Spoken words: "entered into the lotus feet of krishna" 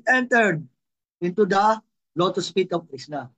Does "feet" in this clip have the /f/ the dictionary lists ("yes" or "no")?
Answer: no